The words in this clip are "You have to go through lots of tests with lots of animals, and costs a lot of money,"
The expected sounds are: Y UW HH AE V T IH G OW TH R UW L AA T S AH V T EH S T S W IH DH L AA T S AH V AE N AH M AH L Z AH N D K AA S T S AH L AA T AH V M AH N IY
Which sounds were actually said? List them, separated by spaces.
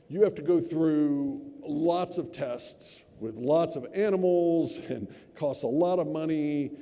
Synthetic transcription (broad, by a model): Y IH HH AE F T IH G OW TH R UW L AA T S AH V T EH S T S W IH DH L AA T S AH V AE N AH M L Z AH N K AA S T AH L AA T AH V M AH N IY